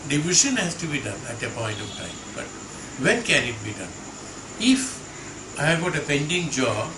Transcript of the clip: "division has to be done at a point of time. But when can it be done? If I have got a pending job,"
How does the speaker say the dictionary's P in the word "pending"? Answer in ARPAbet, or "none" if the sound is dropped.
P